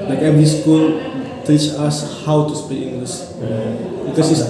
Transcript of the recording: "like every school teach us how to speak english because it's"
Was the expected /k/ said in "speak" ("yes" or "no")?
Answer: no